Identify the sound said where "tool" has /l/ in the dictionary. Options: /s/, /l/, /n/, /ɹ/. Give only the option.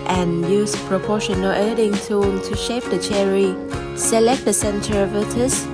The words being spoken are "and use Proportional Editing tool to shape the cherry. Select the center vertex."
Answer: /n/